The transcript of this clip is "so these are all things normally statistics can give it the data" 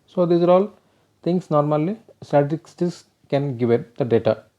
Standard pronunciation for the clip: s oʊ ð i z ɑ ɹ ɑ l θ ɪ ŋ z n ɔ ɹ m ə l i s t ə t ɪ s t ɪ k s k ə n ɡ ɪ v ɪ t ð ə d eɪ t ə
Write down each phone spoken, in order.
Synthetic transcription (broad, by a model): s oʊ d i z ɑ ɹ ɑ l t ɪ ŋ s n ɔ ɹ m ə l i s t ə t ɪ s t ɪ s k ə n ɡ ɪ v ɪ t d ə d eɪ t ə